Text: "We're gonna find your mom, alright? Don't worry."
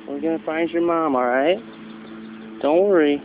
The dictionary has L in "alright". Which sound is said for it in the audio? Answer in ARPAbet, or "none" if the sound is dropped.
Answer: none